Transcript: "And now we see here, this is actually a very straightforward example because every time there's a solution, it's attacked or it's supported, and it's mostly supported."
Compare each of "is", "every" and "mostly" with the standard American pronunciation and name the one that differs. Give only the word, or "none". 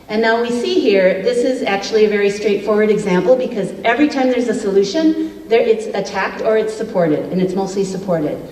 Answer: none